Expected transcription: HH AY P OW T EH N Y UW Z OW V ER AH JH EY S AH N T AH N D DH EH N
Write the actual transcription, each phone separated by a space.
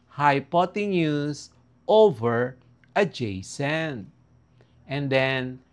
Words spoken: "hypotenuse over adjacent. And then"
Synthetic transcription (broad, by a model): HH AY P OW T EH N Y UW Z OW V ER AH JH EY S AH N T AH N D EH N